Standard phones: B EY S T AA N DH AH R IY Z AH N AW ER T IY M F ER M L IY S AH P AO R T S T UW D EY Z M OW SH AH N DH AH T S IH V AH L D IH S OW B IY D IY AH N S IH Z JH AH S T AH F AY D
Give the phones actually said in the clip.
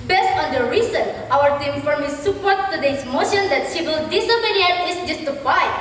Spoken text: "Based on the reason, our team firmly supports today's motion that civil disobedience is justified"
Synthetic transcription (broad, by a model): B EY S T AA N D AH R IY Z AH N AW ER T IY M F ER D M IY S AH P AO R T T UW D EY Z M OW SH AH N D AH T SH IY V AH L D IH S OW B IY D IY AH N IH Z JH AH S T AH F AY